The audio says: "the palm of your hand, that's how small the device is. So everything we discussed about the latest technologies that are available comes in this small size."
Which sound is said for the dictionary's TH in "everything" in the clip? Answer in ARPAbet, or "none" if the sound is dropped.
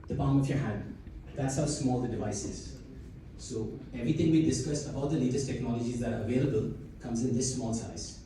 T